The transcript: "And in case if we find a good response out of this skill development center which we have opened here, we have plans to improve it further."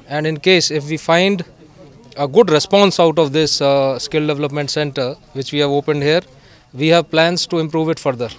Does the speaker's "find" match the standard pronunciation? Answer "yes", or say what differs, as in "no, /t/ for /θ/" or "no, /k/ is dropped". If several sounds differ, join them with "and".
yes